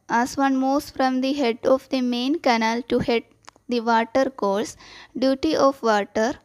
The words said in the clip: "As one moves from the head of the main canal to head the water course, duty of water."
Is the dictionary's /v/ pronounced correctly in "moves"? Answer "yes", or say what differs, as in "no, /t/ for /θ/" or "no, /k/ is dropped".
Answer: no, /v/ is dropped